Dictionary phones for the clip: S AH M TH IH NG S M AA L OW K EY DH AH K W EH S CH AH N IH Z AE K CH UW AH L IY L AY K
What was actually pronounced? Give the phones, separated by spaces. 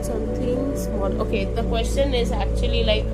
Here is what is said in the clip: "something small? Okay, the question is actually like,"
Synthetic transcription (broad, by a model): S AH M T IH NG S AA N OW K EY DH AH K W EH S CH AH N IH Z AE K CH UW AH L IY L AY K